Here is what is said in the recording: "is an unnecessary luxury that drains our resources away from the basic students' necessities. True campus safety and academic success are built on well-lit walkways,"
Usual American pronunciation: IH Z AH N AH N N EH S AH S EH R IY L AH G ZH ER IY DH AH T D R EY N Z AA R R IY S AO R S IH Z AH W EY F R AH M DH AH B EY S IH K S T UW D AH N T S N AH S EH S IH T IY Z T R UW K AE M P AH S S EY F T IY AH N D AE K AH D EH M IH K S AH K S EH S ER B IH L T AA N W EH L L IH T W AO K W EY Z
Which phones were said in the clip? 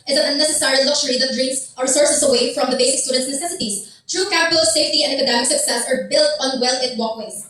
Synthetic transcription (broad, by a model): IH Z AH N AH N N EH S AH S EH R IY L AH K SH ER IY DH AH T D R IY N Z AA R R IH S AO R S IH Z AH W EY F R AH M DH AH B EY S IH K S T UW D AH N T S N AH S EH S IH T IY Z T R UW K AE P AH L S EY F T IY AH N D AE K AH D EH M IH K S AH K S EH S ER B IH L T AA N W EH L L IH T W AO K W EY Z